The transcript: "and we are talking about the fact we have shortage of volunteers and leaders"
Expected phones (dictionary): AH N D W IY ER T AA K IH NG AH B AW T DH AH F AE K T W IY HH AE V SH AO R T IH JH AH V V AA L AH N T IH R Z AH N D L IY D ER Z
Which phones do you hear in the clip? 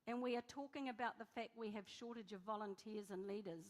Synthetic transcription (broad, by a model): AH N W IY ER T AA K IH NG AH B AW T DH AH F AE K T W IY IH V SH AO R T IH JH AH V V AA L AH N T IH R Z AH N L IY D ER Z